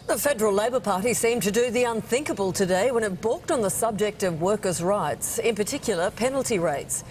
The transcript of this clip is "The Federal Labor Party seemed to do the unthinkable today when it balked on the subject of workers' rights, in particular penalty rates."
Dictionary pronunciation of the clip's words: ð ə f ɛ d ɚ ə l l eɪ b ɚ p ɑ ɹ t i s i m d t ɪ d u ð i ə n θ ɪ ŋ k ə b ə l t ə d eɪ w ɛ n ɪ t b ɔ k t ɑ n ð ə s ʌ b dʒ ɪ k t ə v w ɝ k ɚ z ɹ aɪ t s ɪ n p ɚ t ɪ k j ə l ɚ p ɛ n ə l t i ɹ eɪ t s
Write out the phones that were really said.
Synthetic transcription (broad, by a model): ð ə f ɛ d ɚ l l eɪ b ɚ p ɑ ɹ t i s i m t ɪ d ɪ ð i ə n θ ɪ ŋ k ə b ə l t ə d eɪ w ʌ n ɪ t b ɔ k t n ð ə s ʌ b dʒ ɪ k t ə v w ɝ k ɚ z ɹ aɪ t s ɪ n p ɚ t ɪ k j l ɚ p ɛ n l t i ɹ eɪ t s